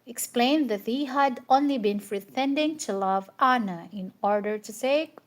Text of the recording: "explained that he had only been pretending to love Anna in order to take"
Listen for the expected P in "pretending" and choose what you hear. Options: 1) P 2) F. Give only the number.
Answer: 2